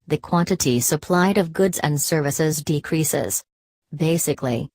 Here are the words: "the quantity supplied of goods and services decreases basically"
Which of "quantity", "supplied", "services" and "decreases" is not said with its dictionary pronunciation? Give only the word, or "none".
none